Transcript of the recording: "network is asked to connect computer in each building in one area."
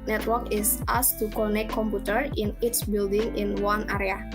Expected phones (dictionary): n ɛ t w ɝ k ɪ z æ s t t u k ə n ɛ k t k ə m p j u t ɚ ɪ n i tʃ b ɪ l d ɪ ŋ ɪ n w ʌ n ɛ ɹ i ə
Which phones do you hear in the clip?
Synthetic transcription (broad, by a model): n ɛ t w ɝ k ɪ s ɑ s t t u k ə n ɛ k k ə m p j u t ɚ ɪ n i s b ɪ l d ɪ ŋ ɪ n w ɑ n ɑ ɹ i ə